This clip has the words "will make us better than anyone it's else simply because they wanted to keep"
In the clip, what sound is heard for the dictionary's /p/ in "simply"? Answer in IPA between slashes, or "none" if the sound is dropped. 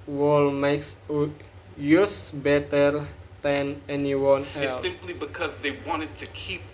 /p/